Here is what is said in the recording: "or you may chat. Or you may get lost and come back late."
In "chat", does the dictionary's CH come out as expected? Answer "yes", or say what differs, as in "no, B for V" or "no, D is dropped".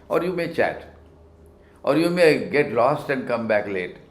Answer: yes